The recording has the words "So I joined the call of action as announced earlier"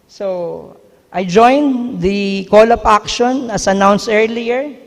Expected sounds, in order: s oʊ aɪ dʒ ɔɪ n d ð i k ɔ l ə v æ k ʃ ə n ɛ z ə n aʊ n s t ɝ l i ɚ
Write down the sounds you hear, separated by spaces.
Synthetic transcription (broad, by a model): s oʊ aɪ dʒ ɔɪ n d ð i k ɔ l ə p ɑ k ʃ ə n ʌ s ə n aʊ n s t ɝ l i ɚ